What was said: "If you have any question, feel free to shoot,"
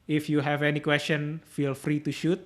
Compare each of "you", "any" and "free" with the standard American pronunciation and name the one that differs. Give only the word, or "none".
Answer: none